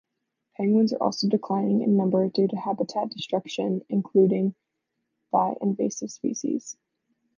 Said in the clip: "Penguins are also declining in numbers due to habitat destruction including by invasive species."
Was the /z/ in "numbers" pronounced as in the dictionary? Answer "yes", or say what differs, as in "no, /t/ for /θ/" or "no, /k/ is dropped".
no, /z/ is dropped